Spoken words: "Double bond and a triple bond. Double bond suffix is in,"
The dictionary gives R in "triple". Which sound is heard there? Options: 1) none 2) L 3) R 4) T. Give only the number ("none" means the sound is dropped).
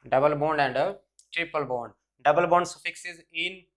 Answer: 3